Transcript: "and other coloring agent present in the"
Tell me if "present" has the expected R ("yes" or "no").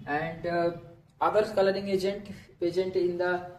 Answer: no